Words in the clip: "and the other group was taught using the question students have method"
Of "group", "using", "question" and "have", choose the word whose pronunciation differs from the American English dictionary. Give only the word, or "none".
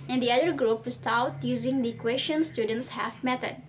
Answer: have